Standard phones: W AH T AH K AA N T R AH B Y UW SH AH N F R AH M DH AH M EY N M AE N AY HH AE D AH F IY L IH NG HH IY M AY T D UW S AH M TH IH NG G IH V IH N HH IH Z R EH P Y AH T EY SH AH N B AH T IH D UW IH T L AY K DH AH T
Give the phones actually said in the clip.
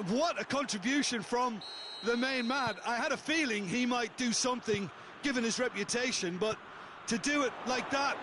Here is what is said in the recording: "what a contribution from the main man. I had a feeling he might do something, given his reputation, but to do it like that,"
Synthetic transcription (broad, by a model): W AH T AH K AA N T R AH B Y UW SH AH N F R AH M DH AH M EY N M AE N AY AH D AH F IY L IH NG IY M AY T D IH S AH M TH IH NG G IH V IH N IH Z R EH P Y AH T EY SH AH N B AH T IH D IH IH T L AY K DH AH T